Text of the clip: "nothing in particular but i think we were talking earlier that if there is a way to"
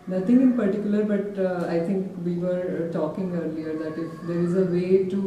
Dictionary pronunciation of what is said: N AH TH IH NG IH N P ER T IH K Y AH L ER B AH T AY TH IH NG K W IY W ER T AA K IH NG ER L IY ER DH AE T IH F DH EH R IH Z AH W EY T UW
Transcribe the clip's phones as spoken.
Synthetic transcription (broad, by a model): N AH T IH NG IH N P ER T IH K Y AH L ER B AH T AY T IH NG K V IY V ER T AA K IH NG ER L IY ER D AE T IH F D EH R IH Z AH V EY T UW